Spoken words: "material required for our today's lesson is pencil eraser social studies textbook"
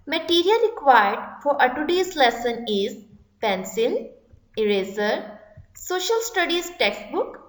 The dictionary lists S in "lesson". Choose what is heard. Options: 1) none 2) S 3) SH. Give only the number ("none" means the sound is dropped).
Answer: 2